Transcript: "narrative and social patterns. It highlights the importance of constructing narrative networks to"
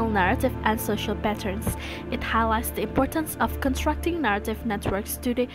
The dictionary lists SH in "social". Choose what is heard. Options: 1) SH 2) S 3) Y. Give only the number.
1